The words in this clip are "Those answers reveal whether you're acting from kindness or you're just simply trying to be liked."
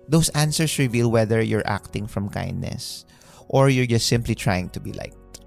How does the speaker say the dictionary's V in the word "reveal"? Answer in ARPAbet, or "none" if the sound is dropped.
V